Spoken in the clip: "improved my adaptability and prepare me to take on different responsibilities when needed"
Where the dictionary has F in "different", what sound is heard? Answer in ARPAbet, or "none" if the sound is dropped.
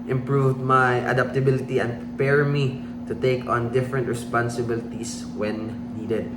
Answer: F